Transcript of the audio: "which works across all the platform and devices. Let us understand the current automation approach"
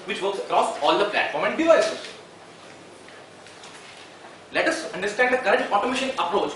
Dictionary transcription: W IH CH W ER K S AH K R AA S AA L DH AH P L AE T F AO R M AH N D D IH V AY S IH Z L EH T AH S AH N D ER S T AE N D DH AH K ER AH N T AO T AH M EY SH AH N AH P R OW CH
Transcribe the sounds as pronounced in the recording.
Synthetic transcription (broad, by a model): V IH CH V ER K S AH K R AA S AA L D AH P L AE T F AO R M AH N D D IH V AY S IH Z L EH T AH S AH N D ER S T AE N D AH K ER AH T AO T AH M EY SH AH N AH P R OW CH